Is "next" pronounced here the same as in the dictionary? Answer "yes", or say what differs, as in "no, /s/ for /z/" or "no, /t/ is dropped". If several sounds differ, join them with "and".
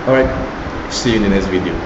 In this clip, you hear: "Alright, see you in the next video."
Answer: no, /k/ is dropped